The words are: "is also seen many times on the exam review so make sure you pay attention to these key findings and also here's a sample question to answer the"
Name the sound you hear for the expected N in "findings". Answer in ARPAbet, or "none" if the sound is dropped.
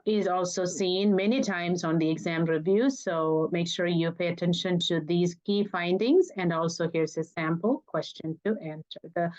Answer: N